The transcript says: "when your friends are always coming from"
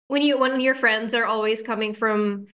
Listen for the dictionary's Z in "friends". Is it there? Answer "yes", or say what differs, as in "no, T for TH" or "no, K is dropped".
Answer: yes